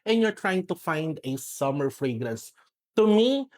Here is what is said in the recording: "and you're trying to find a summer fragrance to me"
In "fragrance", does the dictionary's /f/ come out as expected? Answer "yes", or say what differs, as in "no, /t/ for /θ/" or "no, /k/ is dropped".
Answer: yes